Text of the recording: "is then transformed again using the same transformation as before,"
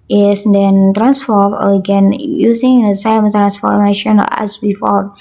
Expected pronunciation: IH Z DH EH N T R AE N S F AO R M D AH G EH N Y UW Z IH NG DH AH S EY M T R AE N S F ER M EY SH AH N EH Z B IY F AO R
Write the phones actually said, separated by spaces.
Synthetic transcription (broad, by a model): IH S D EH N T R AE N S F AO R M AH G EH N Y UW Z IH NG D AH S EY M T R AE N S F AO M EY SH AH N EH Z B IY F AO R